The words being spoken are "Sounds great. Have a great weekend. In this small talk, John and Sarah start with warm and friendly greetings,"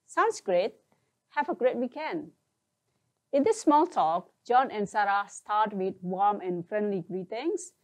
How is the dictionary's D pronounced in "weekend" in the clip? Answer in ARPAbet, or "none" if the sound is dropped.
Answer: none